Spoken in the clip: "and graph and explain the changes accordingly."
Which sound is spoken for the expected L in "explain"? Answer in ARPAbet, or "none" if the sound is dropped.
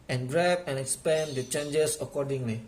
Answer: none